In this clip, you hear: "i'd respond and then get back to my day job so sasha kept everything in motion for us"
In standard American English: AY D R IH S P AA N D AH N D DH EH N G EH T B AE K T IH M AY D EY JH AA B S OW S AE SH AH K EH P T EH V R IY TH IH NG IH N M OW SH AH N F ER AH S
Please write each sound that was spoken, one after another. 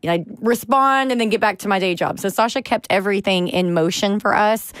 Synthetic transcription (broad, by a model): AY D R IH S P AA N D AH N DH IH N G EH T B AE K T IH M AY D EY JH AA B S OW S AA SH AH K EH P T EH V R IY TH IH NG IH N M OW SH AH N F ER AH S